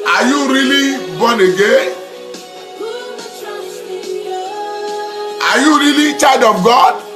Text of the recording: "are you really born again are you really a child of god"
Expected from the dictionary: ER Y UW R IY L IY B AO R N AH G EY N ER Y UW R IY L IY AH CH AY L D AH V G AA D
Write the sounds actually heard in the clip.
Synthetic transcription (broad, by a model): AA Y UW R IY L IY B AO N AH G EY AA Y UW R IY L IY CH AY D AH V G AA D